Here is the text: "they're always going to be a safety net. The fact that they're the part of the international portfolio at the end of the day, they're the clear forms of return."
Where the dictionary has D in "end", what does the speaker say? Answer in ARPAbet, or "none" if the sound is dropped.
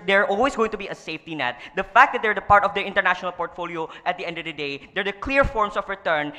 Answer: D